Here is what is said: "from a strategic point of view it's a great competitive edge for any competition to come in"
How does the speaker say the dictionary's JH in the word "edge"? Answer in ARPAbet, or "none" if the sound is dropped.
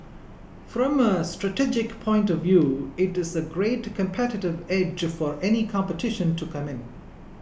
JH